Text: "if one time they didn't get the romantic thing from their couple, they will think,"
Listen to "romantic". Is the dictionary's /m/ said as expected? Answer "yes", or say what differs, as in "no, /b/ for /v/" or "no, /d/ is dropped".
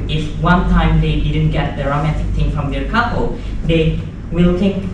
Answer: yes